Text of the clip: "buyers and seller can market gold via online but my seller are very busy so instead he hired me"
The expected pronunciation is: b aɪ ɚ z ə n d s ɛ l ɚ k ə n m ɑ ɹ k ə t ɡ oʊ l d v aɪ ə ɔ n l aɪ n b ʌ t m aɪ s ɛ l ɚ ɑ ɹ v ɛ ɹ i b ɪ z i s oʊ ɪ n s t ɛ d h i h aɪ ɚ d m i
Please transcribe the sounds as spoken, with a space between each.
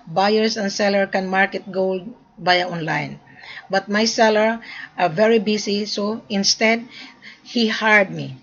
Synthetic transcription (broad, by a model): b aɪ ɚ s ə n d s ɛ l ɚ k ə n m ɑ ɹ k ə t ɡ oʊ l d b aɪ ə ɔ n l aɪ n b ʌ t m aɪ s ɛ l ɚ ɑ ɹ v ɛ ɹ i b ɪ s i s oʊ ɪ n s t ɛ d h i h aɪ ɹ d m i